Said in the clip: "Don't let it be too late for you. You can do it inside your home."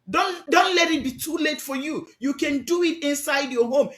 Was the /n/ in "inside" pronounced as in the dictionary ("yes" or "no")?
yes